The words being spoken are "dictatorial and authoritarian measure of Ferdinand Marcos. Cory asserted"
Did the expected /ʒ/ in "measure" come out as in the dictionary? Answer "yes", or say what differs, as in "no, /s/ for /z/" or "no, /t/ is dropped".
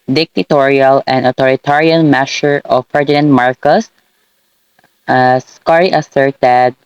no, /s/ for /ʒ/